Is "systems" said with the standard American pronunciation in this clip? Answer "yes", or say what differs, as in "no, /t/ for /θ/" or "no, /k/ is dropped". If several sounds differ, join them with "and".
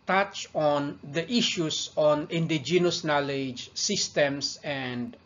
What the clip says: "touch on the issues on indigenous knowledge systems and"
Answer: no, /s/ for /z/